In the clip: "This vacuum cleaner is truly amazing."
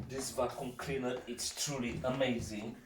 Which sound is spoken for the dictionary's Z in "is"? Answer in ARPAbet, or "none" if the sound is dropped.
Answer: S